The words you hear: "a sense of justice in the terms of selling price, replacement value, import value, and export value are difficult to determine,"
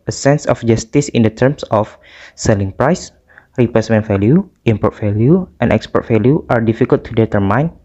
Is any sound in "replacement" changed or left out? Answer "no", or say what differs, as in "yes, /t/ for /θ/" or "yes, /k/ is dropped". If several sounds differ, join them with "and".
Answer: yes, /l/ is dropped